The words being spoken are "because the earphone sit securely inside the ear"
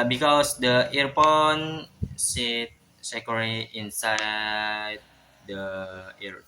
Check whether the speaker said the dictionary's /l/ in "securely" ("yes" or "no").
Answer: no